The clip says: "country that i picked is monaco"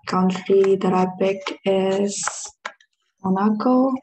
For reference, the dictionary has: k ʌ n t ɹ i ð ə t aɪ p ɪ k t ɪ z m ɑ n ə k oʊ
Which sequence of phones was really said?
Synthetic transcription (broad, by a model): k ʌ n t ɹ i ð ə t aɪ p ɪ k ɪ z m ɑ n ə k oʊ